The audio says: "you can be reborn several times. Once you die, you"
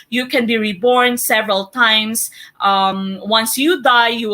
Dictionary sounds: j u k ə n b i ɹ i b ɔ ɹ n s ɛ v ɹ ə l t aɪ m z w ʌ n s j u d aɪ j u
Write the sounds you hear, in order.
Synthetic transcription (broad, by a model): j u k ə n b i ɹ i b ɔ ɹ n s ɛ v ɹ ə l t aɪ m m w ʌ n s j u d aɪ j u